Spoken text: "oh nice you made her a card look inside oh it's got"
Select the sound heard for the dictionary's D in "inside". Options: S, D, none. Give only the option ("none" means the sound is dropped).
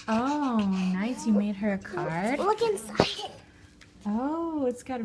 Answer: none